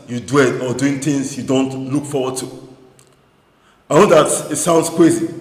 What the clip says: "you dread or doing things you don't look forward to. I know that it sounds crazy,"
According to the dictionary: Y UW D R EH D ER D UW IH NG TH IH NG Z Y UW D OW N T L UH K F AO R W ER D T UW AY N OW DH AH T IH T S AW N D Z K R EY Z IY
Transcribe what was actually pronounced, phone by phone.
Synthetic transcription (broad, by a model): Y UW D W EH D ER D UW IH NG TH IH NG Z Y UW D OW N T L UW K F AO W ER D T UW AY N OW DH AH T IH T S AW N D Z K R EY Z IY